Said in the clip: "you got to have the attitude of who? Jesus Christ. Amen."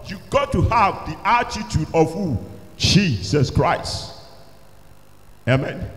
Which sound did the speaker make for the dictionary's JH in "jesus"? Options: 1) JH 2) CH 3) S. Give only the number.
2